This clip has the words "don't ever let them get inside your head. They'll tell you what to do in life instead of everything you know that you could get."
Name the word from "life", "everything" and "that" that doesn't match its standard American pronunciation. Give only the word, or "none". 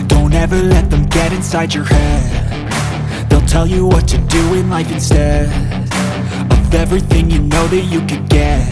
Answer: none